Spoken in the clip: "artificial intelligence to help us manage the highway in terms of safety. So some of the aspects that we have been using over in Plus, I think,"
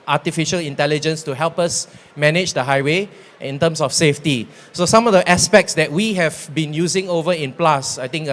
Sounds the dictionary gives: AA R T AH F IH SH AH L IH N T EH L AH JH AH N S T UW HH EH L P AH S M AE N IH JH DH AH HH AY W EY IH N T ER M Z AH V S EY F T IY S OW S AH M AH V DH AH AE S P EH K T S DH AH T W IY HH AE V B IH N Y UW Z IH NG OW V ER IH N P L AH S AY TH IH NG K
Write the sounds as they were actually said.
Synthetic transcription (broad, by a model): AA T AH F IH SH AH L IH N T EH L AH JH AH N S T UW HH EH L P AH S M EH N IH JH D AH HH AY W EY IH N T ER M S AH F S EY F T IY S OW S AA M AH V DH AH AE S P EH K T S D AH T W IY HH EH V B IH N Y UW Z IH NG OW V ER IH N P L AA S AY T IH NG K